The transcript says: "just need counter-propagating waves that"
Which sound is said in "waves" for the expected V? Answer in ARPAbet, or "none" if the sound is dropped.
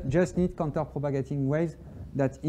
none